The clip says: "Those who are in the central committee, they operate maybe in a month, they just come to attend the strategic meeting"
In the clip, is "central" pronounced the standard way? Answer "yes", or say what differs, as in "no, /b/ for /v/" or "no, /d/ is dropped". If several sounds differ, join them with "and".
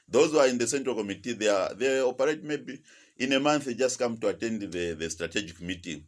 yes